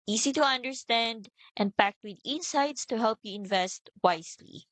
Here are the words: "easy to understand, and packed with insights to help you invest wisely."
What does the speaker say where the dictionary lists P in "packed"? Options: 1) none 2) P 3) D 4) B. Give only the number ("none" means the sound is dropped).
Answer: 2